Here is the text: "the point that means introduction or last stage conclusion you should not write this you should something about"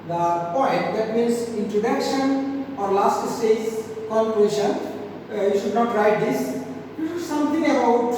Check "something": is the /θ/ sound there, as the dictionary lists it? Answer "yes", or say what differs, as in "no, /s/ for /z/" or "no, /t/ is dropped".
no, /t/ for /θ/